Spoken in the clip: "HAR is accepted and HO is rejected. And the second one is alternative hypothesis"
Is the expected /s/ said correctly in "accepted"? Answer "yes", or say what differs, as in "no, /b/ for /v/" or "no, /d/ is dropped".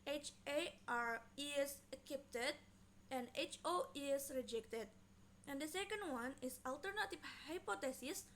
no, /s/ is dropped